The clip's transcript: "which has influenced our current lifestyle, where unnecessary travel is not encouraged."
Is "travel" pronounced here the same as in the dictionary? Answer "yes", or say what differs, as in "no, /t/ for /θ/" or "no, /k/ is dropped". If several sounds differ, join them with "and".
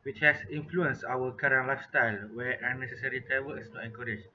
no, /w/ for /l/